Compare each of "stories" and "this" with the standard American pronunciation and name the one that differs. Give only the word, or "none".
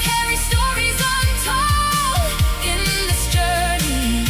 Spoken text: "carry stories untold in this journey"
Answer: none